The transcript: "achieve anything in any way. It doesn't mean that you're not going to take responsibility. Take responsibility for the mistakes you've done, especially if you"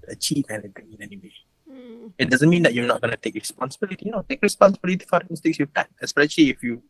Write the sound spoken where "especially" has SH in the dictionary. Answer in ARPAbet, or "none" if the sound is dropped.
SH